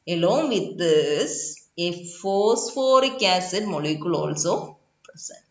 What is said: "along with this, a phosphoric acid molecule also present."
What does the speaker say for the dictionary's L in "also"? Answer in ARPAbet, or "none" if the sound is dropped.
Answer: L